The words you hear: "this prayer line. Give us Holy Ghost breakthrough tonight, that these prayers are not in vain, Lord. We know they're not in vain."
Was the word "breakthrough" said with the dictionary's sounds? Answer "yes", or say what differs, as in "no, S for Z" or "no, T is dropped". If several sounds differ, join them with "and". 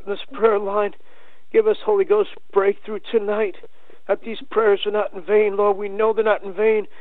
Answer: yes